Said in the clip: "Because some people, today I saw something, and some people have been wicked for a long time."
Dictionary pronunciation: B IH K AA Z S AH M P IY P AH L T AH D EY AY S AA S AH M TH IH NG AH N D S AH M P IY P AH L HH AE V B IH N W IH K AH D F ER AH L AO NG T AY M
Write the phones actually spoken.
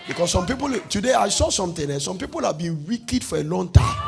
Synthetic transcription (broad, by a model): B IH K AA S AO M P IY P AH L T AH D EY AY S AA S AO M T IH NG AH S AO M P IY P AH L HH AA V B IH N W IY K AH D F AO AH L AO NG T AY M